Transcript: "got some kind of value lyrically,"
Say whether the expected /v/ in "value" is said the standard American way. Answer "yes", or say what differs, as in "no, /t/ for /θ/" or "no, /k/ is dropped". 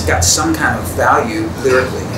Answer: yes